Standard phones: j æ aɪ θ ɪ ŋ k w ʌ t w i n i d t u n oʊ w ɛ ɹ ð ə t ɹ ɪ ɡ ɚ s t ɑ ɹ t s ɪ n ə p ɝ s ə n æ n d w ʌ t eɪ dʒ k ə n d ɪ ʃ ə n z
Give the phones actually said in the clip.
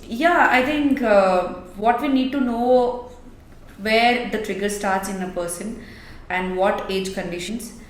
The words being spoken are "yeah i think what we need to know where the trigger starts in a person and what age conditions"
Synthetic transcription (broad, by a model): j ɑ aɪ t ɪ ŋ k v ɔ t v i n i d t u n oʊ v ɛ ɹ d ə t ɹ ɪ ɡ ɚ s t ɑ ɹ t s ɪ n ə p ɝ s ə n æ n d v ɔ t eɪ dʒ k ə n d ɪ ʃ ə n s